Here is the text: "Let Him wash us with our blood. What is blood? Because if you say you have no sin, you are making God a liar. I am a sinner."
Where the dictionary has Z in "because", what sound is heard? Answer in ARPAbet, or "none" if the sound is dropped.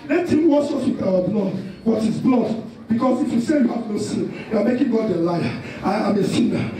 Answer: S